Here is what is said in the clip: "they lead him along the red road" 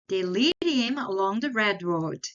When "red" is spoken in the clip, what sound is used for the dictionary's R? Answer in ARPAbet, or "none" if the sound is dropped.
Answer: R